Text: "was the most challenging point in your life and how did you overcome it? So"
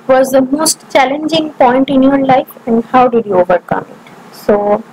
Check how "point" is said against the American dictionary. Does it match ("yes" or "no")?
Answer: yes